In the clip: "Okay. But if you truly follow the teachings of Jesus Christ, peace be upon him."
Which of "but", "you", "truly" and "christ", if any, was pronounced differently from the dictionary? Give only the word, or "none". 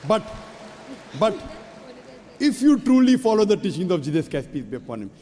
christ